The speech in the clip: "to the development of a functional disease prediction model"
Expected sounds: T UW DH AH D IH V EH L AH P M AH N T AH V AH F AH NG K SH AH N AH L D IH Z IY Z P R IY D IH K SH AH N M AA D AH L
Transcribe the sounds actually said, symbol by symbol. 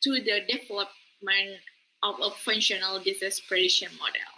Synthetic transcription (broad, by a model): T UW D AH D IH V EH L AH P M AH N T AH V AH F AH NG SH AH N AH L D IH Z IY S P R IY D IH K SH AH N M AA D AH L